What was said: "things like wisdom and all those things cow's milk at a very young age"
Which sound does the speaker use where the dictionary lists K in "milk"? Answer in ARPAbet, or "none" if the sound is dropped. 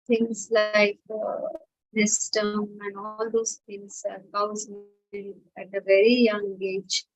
none